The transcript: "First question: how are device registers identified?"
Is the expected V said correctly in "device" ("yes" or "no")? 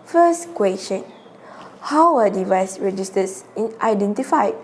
yes